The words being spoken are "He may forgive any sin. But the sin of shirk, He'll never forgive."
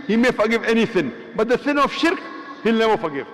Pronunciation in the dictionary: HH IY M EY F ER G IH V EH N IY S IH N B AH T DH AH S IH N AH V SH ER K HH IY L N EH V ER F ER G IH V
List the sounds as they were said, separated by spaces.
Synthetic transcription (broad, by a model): HH IY M EY F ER G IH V EH N IY S IH N B AH T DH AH S IH N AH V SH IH K HH IY L N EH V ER F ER G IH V